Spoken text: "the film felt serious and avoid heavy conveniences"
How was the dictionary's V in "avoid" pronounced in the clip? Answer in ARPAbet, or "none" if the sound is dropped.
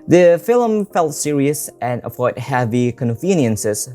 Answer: F